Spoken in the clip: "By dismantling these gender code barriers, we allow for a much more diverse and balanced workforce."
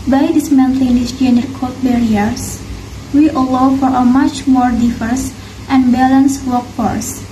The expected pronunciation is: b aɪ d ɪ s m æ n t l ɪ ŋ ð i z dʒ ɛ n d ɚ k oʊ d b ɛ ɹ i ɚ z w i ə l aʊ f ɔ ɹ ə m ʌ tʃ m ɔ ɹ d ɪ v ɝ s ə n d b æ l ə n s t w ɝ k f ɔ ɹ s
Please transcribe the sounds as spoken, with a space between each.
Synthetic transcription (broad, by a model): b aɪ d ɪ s m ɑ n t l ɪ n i s dʒ ɛ n d ɚ k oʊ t b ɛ ɹ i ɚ s w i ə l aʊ f ɔ ɹ ə m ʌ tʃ m ɔ ɹ d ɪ f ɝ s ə n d b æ l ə n s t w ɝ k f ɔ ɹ s